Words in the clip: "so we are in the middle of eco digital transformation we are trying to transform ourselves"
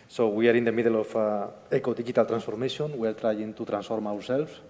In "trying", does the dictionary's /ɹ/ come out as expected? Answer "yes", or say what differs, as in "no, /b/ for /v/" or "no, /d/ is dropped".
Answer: yes